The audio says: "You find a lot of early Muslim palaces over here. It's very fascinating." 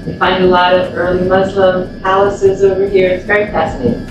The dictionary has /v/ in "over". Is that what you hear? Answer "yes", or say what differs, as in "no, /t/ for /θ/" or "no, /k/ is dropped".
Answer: yes